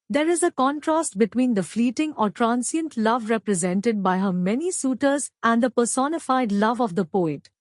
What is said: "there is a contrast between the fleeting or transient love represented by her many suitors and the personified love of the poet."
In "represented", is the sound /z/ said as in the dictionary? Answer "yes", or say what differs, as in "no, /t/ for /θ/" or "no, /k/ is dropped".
yes